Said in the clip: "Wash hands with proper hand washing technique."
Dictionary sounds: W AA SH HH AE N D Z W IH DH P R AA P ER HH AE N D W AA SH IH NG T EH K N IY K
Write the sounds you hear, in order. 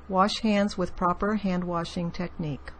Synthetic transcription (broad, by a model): W AA SH HH AE N D Z W IH DH P R AA P ER HH AE N D W AA SH IH NG T EH K N IY K